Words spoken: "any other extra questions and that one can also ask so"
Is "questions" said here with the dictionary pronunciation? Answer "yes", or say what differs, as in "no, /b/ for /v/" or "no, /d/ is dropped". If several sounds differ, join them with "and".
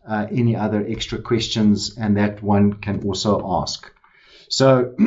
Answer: yes